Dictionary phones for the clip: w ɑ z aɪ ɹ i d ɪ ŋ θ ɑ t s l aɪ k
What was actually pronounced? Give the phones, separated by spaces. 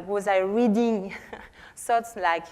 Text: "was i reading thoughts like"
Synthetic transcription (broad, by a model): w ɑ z aɪ ɹ i d ɪ ŋ s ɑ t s l aɪ k